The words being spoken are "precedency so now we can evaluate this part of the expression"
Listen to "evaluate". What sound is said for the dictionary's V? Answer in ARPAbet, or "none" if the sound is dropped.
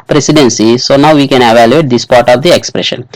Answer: V